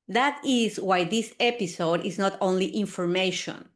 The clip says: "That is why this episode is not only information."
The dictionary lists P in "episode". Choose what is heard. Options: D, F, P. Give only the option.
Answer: P